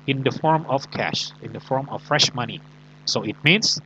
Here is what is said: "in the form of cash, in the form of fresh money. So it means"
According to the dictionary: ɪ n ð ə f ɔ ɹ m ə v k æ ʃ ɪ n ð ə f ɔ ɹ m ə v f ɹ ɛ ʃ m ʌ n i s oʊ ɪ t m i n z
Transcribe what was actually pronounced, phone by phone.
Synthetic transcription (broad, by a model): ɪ n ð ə f ɔ ɹ m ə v k æ ʃ ɪ n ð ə f ɔ ɹ m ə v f ɹ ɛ ʃ m ʌ n i s oʊ ɪ t m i n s